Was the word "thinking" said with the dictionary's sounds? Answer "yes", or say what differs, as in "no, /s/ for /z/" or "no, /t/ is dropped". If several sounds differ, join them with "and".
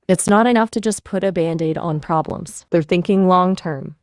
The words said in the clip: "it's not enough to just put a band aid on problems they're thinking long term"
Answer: yes